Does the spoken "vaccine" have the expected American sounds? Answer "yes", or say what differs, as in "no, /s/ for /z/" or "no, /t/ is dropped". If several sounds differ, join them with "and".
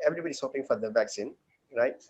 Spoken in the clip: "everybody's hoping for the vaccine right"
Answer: yes